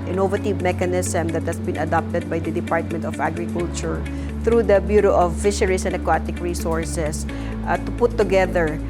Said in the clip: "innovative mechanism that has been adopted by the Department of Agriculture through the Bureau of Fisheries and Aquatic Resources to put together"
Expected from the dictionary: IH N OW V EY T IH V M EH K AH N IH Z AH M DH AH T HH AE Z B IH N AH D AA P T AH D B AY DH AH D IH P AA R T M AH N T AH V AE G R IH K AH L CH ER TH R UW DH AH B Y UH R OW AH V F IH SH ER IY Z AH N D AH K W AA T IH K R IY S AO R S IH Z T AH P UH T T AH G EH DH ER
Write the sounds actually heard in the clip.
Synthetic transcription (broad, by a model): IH N OW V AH T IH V M EH K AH N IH S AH M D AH T HH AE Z B IH N AH D AA P T AH D B AY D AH D IH P AA R T M AH N T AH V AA G R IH K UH L CH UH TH R UW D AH B Y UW R OW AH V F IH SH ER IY S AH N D AH K W AA T IH K R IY S AO R S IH S T AH P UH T T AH G EH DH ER